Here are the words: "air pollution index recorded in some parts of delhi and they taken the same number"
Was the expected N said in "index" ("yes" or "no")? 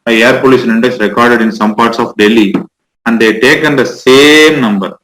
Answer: yes